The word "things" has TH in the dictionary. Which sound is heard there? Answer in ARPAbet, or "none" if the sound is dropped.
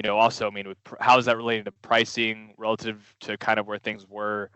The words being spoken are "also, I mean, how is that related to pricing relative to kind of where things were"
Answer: TH